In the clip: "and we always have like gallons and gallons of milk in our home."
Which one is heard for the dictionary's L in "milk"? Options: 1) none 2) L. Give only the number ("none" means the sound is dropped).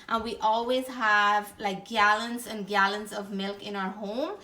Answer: 2